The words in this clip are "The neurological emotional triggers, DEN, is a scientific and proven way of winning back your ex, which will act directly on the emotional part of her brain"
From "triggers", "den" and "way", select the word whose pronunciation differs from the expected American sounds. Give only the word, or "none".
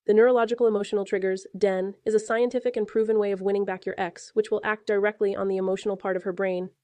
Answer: none